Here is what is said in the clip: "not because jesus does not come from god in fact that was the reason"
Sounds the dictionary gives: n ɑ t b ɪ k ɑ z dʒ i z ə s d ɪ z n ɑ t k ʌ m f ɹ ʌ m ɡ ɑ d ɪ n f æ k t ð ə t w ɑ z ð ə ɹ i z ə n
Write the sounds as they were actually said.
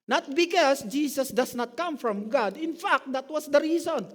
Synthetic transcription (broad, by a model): n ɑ t b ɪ k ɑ s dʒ i s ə s d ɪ s n ɑ t k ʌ m f ɹ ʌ m ɡ ɑ d ɪ n f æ k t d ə t w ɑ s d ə ɹ i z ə n